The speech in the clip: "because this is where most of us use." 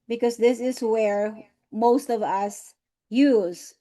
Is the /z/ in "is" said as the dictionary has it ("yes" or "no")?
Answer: yes